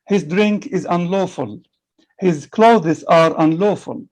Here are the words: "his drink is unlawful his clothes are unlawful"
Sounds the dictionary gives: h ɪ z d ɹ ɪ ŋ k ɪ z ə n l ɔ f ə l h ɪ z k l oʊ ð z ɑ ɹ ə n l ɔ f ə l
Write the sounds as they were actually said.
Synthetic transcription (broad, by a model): h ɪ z d ɹ ɪ ŋ k ɪ z ə n l ɔ f ə l h ɪ z k l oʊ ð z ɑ ɹ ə n l ɔ f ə l